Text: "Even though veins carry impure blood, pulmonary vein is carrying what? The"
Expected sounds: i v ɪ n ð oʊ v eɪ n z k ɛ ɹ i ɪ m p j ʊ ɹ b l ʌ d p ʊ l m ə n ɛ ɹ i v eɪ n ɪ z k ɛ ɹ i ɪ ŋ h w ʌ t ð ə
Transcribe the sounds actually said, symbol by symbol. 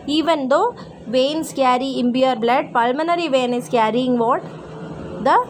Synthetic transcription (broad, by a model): i v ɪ n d oʊ v eɪ n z k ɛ ɹ i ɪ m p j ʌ ɹ b l ʌ d p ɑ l m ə n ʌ ɹ i v eɪ n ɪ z k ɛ ɹ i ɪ ŋ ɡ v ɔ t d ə